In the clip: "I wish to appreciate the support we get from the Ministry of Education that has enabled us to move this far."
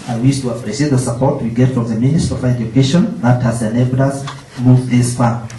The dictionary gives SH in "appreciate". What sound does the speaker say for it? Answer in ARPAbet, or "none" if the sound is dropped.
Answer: S